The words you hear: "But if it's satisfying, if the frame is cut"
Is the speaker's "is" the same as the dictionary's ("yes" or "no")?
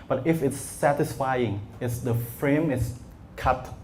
no